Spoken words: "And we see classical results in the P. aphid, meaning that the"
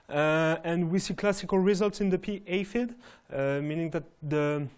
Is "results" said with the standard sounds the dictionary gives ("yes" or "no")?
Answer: yes